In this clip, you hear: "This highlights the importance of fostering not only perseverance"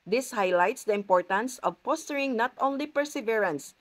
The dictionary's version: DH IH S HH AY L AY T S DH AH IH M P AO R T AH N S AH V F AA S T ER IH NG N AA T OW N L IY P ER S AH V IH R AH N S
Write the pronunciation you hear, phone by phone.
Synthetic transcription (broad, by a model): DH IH S HH AY L AY T S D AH IH M P AO R T AH N S AH V P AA S T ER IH NG N AA T OW N L IY P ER S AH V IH R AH N S